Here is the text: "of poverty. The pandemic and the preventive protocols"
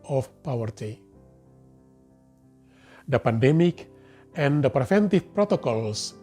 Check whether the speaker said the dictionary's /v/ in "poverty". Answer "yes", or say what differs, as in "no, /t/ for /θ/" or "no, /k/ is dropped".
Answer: no, /w/ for /v/